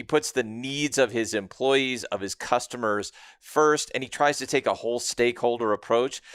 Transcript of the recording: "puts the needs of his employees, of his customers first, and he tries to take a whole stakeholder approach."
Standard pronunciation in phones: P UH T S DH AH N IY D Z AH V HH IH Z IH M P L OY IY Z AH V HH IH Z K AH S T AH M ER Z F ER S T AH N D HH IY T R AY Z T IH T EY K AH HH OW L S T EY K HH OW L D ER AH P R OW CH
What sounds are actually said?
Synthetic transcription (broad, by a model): P UH T S DH AH N IY D Z AH V IH Z IH M P L OY IY Z AH V IH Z K AH S T AH M ER Z F ER S T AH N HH IY T R AY Z T IH T EY K AH HH OW L S T EY K HH OW L D ER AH P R OW CH